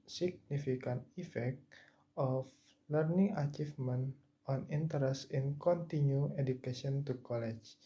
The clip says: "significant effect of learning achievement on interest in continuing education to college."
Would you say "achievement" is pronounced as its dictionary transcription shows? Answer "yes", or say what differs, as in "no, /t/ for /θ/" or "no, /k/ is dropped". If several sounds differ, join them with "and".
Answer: no, /f/ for /v/